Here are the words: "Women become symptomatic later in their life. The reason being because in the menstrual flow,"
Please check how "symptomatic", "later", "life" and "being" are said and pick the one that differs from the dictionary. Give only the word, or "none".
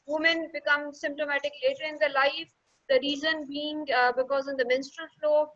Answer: none